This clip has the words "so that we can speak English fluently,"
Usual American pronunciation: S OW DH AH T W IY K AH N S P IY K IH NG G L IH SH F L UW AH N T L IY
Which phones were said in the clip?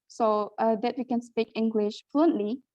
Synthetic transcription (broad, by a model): S OW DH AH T W IY K AH N S P IY K IH NG G L IH SH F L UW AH N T L IY